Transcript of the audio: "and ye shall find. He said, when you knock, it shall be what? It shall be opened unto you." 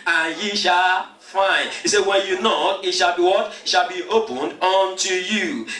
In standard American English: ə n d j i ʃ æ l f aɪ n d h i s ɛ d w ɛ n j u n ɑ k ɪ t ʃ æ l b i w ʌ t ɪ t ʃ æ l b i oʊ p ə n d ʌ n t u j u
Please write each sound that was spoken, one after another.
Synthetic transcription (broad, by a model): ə n j i ʃ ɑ l f aɪ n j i s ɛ w ɛ n j u n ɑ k ɪ t ʃ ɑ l b i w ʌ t ɪ t ʃ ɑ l b i oʊ p ə n d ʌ n t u j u